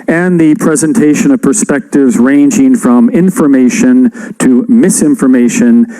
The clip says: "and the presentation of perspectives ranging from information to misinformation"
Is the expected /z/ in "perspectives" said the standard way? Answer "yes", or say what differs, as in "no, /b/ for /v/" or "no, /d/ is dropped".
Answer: yes